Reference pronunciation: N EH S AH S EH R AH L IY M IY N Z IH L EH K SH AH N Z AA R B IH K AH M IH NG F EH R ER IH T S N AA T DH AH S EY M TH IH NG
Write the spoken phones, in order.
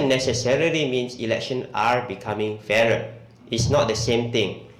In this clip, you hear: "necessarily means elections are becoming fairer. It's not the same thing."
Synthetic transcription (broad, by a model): N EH S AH S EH R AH L IY M IY N S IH L EH K SH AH N AA R B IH K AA M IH NG F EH R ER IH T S N AA T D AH S EY M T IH NG